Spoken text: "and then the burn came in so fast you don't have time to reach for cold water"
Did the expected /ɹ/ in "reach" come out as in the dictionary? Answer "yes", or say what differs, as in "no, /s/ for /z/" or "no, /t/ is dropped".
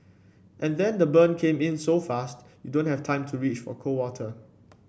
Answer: yes